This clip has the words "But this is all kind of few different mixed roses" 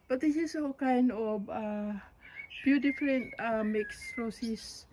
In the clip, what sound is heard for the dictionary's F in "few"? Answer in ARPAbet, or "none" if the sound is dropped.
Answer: P